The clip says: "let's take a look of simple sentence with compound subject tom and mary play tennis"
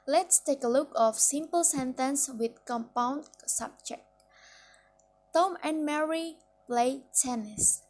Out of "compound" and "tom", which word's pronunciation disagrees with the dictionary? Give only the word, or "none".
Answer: none